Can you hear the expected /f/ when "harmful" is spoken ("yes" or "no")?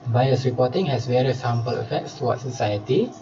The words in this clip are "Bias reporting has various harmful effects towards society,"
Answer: no